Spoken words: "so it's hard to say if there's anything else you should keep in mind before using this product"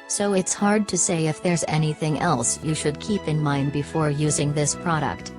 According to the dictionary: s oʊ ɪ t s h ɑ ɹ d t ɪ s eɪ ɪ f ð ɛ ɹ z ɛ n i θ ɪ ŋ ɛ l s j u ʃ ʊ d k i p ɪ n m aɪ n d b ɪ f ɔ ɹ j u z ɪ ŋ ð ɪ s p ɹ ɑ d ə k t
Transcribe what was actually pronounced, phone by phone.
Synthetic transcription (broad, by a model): s oʊ ɪ t s h ɑ ɹ d t ɪ s eɪ ɪ f ð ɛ ɹ z ɛ n i θ ɪ ŋ ɛ l s j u ʃ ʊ d k i p ɪ n m aɪ n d b ɪ f ɔ ɹ j u z ɪ ŋ ð ɪ s p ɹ ɑ d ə k t